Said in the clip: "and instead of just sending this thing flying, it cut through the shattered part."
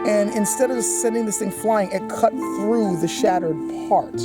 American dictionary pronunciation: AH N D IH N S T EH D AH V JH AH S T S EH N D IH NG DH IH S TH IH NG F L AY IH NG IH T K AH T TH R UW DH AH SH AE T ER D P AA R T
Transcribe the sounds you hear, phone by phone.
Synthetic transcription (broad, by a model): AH N IH N S T EH D AH V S S EH N D IH NG DH IH S TH IH NG F L AY IH NG IH T K AH T TH R UW DH AH SH AE T ER D P AA R T